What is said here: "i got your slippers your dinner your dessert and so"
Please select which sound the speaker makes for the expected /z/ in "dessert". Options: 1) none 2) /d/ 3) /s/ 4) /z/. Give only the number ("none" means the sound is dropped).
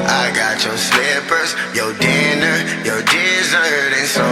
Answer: 4